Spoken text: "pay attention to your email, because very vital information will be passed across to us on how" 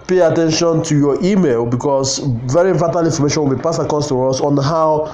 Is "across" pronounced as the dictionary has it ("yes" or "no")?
no